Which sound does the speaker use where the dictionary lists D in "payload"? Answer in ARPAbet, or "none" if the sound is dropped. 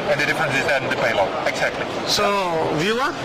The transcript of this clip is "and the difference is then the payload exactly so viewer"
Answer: none